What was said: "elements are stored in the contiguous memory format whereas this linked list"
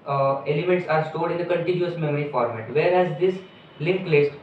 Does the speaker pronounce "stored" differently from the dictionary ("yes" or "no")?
yes